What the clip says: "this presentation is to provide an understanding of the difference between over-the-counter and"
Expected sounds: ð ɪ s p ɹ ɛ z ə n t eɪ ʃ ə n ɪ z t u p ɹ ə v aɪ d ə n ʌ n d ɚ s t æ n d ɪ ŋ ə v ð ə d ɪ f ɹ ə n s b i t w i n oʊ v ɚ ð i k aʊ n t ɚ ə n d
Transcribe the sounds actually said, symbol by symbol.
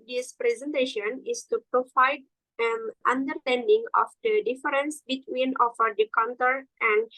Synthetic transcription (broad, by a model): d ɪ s p ɹ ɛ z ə n t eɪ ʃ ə n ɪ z t u p ɹ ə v aɪ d ə n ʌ n d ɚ s t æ n d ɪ ŋ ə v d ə d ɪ f ɹ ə n s b i t w i n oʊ f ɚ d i k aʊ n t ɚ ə n d